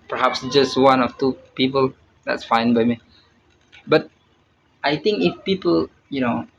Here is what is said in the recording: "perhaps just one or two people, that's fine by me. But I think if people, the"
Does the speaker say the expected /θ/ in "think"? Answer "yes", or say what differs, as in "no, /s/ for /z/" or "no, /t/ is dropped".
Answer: no, /t/ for /θ/